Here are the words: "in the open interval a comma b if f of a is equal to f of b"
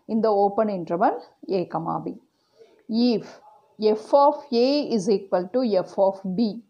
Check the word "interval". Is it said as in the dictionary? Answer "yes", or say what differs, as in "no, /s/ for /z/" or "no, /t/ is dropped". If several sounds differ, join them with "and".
no, /n/ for /l/